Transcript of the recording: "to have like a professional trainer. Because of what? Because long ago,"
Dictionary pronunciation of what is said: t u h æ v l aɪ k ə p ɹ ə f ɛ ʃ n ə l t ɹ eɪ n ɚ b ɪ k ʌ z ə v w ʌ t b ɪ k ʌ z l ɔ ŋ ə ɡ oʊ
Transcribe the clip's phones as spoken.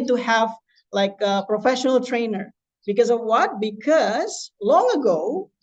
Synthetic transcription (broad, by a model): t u h æ v l aɪ k ə p ɹ ə f ɛ ʃ n ə l t ɹ eɪ n ɚ b ɪ k ʌ z ə v w ʌ t b ɪ k ʌ z l ɔ ŋ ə ɡ oʊ